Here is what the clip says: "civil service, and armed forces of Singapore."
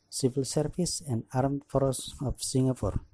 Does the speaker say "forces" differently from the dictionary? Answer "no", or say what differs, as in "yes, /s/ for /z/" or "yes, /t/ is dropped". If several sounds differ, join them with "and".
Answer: yes, /s/ is dropped and /s/ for /z/